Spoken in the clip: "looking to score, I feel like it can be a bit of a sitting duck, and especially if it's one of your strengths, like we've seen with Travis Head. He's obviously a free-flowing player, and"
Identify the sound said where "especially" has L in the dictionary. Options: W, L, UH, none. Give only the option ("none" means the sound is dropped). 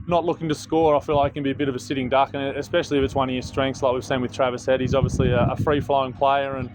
L